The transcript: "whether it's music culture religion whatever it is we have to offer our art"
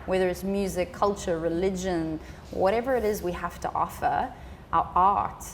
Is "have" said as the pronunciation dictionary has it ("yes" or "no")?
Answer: no